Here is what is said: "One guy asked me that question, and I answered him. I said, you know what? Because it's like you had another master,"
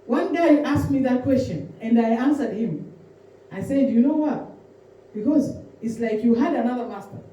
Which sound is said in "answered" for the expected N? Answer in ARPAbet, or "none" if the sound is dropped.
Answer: N